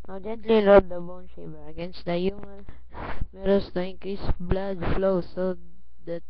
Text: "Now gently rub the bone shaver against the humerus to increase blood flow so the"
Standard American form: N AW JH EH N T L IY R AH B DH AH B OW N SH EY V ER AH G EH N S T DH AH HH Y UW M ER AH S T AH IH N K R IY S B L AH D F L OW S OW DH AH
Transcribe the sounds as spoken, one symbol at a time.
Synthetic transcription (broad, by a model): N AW JH EH N T L IY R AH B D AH B OW N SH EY B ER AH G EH N S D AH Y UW M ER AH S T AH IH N K R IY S B L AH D F L OW S OW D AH